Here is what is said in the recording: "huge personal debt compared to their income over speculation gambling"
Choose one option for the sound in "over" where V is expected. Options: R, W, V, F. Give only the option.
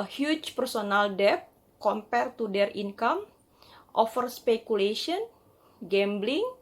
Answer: F